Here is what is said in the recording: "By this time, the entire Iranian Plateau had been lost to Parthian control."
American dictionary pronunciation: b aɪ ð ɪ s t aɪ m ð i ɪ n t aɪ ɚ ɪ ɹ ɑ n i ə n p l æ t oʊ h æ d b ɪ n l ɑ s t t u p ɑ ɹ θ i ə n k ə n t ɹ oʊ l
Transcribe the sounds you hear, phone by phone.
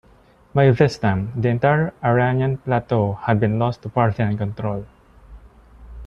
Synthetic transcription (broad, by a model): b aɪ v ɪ s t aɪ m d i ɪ n t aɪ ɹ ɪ ɹ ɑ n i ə n p l æ t oʊ h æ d b ɪ n l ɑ s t t u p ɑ ɹ t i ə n k ə n t ɹ oʊ l